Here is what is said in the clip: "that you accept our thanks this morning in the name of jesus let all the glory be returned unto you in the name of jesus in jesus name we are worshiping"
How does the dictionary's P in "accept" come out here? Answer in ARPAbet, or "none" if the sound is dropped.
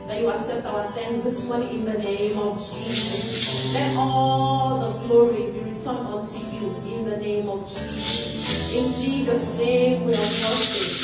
none